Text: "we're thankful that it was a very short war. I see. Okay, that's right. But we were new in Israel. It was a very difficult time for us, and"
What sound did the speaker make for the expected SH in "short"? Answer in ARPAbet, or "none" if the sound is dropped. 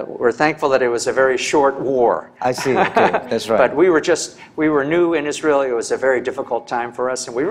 SH